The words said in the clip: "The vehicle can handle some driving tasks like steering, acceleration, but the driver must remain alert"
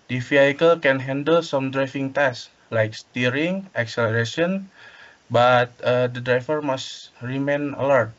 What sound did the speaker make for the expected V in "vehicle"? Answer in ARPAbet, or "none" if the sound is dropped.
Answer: F